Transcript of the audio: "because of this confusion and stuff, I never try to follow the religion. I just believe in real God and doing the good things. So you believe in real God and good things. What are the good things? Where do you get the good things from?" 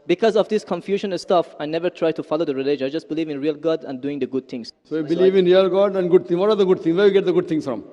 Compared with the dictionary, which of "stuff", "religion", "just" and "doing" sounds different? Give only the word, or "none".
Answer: religion